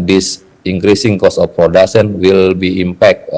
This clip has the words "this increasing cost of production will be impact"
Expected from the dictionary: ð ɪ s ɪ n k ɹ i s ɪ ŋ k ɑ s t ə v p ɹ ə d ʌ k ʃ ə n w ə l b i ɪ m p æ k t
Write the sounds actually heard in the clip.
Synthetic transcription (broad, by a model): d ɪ s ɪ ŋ k ɹ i s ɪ ŋ k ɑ s ə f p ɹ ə d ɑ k s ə n w ə l b i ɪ m p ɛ k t